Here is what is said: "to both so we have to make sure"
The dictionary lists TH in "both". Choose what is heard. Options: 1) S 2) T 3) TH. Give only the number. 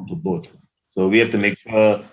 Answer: 2